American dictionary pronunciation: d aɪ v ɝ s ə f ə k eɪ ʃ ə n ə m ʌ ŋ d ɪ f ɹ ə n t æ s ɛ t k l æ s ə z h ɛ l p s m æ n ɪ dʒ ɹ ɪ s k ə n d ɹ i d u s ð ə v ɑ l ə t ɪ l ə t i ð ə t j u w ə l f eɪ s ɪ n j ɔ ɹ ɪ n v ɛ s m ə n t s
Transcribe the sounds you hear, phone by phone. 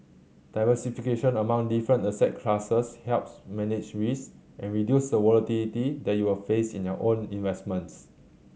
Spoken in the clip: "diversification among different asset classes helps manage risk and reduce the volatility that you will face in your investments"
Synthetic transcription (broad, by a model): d aɪ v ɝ s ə f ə k eɪ ʃ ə n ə m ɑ ŋ d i f ɹ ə n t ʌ s ɛ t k l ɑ s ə s h ɛ l p s m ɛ n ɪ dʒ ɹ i s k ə n ɹ i d u s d ə w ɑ l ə t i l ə t i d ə t j u w ə l f eɪ s ɪ n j ɔ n ɪ n v ɛ s m ə n t s